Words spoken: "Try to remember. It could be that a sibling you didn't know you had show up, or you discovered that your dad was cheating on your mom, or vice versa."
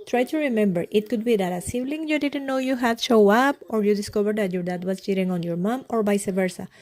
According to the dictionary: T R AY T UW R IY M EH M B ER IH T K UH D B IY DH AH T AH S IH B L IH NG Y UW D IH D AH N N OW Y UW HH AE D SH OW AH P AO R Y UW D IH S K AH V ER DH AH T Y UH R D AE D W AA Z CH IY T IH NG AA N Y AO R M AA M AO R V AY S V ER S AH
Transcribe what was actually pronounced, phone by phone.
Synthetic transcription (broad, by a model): T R AY T UW R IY M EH M B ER IH T K UH D B IY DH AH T AH S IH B L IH NG Y UW D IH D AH N N OW Y UW HH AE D SH OW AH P AO R Y UW D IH S K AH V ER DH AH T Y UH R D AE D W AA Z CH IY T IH NG AA N Y AO R M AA M AO R B AY S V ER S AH